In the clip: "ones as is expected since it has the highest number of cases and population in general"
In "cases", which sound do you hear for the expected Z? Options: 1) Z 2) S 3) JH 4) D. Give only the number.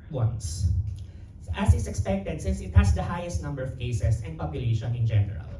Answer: 2